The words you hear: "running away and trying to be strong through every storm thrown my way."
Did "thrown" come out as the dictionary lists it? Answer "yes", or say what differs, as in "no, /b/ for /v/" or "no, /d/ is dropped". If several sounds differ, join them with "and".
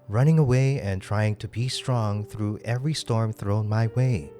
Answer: yes